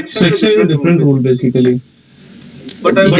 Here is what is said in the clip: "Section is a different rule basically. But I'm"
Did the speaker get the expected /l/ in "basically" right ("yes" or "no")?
no